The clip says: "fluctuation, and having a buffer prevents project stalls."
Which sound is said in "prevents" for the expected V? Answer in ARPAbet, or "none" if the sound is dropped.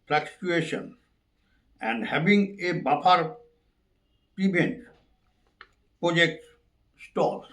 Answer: B